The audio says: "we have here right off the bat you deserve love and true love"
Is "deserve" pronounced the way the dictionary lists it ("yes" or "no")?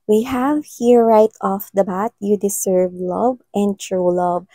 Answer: no